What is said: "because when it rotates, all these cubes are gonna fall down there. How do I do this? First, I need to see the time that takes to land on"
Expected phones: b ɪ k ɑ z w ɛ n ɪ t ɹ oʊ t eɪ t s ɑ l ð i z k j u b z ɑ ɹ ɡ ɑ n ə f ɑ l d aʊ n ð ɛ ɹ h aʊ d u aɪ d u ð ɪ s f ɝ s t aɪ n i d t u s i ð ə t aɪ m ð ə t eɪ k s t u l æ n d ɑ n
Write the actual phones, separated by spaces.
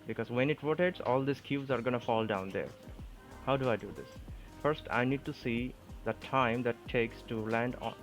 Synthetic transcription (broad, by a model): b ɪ k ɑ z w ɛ n ɪ t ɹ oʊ t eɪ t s ɑ l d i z k j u z ɑ ɹ ɡ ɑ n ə f ɑ l d aʊ n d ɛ ɹ h aʊ d u aɪ d u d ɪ s f ɝ s t aɪ n i d t u s i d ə t aɪ m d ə t eɪ k s t u l æ n d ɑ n